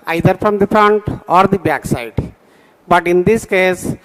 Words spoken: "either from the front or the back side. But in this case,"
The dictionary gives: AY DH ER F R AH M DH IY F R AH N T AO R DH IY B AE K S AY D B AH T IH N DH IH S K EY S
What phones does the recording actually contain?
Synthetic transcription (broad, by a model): AY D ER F R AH M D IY F R AH N T AO R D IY B AE K S AY D B AH T IH N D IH S K EY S